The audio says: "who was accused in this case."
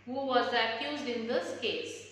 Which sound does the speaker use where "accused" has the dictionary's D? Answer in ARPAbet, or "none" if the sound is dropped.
D